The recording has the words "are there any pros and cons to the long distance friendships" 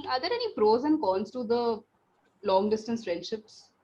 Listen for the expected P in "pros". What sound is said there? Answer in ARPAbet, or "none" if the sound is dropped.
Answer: F